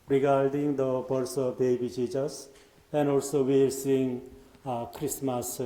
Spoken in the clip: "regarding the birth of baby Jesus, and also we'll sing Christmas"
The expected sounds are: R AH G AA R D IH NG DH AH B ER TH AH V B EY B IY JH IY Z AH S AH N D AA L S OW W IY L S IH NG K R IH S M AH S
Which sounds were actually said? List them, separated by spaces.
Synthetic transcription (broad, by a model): R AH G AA R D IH NG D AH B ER S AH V B EY B IY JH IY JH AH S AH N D AA L S OW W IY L S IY NG K R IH S M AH S